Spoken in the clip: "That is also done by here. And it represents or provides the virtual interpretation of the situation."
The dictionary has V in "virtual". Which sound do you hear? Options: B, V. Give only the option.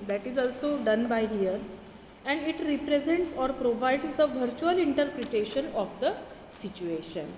V